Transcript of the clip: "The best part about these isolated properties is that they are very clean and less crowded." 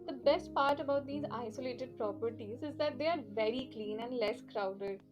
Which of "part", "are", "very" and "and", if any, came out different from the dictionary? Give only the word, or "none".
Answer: none